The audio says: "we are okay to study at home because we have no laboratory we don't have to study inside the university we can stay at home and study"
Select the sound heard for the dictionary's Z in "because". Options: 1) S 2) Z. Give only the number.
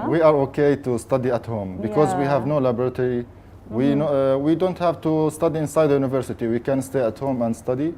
2